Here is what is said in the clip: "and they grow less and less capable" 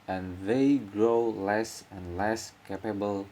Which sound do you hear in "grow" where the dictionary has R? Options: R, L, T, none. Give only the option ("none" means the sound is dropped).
R